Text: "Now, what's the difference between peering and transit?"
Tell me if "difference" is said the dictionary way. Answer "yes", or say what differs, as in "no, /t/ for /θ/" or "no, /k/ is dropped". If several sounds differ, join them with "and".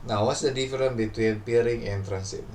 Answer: no, /s/ is dropped